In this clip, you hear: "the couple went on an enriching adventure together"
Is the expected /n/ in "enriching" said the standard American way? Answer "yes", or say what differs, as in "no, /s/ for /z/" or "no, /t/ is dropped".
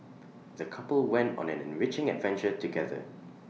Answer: yes